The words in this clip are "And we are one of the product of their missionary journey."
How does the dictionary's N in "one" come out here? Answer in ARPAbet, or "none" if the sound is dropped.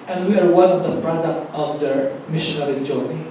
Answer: L